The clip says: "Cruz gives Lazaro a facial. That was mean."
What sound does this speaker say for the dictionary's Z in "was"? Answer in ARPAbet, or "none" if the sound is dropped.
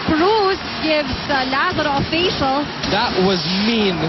Z